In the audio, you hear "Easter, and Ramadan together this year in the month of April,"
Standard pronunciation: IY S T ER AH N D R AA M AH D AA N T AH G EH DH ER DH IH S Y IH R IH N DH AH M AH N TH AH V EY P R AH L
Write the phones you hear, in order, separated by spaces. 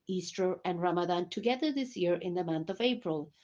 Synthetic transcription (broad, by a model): IY S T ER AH N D R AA M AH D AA N T AH G EH DH ER DH IH S Y IH R IH N DH AH M AH N TH AH V EY P R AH L